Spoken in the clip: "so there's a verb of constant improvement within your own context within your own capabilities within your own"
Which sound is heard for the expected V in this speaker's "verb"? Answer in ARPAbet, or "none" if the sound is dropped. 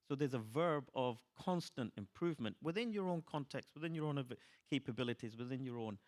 V